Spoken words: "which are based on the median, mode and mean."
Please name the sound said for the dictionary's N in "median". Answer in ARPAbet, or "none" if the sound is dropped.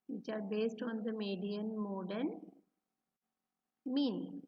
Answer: N